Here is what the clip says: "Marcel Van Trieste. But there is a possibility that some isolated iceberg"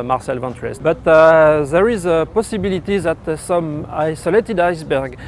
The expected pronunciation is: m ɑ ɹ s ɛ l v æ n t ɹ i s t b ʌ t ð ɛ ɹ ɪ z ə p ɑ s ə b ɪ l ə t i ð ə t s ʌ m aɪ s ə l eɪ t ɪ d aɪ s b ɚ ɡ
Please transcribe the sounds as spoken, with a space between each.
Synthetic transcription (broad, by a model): m ɑ ɹ s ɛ l v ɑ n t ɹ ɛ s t b ʌ t ð ɛ ɹ ɪ z ə p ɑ s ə b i l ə t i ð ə t s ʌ m aɪ s ə l eɪ t ɪ d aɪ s b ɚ ɡ